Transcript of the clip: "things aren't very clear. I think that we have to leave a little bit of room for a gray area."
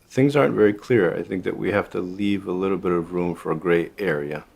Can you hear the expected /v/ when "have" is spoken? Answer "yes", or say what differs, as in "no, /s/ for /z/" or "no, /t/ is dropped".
no, /f/ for /v/